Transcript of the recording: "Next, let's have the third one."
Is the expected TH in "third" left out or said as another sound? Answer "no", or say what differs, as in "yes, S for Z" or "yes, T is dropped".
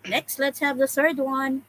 no